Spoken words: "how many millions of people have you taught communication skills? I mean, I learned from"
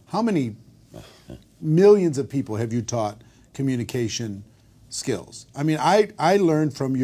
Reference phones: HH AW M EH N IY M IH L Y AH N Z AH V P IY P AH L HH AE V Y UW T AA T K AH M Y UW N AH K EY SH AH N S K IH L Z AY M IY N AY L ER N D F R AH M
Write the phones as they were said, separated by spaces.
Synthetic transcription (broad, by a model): HH AW M EH N IY M IH L Y AH N Z AH V P IY P L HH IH V Y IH T AA T K AH M Y UW N AH K EY SH AH N S K IH L Z AY M IY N AY L ER N D F R AH M